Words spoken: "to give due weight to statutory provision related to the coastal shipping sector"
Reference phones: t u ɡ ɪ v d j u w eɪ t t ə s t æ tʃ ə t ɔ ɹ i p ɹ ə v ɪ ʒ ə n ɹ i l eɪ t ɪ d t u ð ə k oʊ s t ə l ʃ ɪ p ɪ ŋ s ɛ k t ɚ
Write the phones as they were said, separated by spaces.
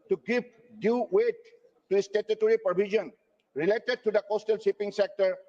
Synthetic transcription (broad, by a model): t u ɡ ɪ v d j u w eɪ t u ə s t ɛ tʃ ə t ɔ ɹ i p ə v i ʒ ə n ɹ i l eɪ t ɪ d t u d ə k oʊ s t ə l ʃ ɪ p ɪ ŋ s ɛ k t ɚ